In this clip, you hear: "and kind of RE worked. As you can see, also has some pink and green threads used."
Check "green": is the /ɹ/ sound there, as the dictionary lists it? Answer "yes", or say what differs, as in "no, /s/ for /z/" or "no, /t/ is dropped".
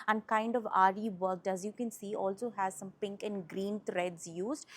yes